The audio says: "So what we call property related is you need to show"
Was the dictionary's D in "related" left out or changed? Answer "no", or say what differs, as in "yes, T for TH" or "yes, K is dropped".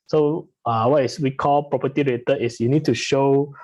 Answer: yes, D is dropped